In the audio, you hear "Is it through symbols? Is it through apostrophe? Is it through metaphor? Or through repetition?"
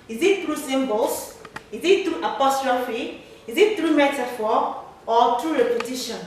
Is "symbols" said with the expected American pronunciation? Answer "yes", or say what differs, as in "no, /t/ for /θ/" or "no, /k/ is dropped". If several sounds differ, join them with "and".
no, /s/ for /z/